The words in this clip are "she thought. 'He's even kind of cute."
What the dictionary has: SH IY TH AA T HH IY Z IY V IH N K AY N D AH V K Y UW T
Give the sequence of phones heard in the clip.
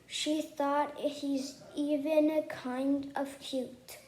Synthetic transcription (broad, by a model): SH IY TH AA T HH IY Z IY V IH N K AY N D AH V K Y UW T